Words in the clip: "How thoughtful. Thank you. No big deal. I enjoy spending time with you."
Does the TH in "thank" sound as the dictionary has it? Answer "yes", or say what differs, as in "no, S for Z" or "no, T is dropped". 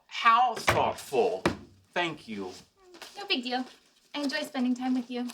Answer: yes